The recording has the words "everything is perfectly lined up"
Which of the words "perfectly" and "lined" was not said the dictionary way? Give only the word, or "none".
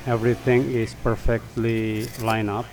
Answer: lined